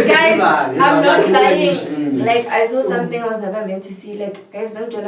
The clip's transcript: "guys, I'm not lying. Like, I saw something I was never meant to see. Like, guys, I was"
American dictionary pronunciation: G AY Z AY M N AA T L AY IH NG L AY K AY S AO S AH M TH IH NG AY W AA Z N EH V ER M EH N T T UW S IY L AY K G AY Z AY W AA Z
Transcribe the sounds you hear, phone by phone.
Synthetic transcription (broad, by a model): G AY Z AY M N AA T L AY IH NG L AY K AY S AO S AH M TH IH NG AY W AA Z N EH P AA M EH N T T UW S IY L AY K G AY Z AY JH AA